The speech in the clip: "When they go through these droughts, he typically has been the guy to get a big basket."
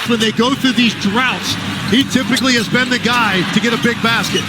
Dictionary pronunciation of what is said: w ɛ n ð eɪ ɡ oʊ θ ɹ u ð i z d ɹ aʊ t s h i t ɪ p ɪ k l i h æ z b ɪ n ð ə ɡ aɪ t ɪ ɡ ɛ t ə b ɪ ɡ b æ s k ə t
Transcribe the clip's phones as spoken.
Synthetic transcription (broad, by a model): w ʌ n ð eɪ ɡ oʊ θ ɹ u ð i z d ɹ aʊ t s h i t ɪ p ɪ k l i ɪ z b ɪ n ð ə ɡ aɪ t ɪ ɡ ɛ t ə b ɪ ɡ b æ s k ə t